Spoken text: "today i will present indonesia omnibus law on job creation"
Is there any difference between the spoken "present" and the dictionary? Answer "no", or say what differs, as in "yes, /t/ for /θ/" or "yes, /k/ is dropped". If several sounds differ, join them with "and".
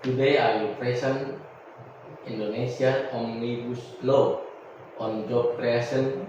yes, /s/ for /z/